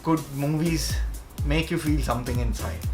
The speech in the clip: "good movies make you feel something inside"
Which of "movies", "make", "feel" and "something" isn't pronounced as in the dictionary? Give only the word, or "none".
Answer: something